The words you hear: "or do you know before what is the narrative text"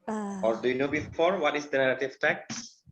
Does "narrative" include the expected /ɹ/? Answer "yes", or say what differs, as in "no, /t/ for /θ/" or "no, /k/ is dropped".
no, /l/ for /ɹ/